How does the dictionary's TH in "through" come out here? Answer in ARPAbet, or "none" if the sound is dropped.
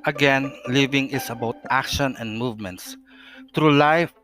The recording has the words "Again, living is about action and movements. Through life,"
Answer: T